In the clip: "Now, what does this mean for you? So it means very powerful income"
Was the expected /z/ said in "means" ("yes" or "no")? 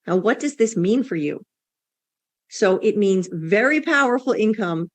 yes